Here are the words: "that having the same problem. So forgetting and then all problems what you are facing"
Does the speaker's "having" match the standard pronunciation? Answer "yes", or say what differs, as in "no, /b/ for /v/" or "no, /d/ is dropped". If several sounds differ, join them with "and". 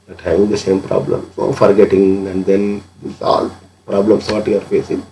no, /v/ is dropped